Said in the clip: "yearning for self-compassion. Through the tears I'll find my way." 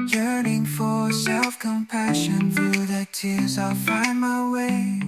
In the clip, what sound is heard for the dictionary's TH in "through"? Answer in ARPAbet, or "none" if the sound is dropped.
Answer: TH